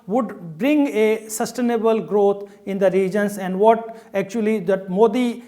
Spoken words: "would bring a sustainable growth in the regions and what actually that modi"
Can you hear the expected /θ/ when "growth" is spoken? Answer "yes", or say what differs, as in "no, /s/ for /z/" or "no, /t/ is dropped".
no, /t/ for /θ/